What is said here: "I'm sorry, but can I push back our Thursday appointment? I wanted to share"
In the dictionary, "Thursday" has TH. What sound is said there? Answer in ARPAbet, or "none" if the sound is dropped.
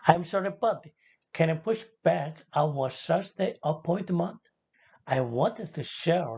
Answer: S